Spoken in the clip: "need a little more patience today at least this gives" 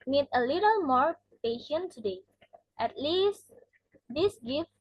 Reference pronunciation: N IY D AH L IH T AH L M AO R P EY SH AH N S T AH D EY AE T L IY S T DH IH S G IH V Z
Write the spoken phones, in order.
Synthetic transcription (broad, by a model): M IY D AH L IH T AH L M AO R P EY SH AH N T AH D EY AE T L IY S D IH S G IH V